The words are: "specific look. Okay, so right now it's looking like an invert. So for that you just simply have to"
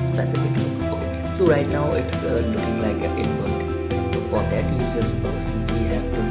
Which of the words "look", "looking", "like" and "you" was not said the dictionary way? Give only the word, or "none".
look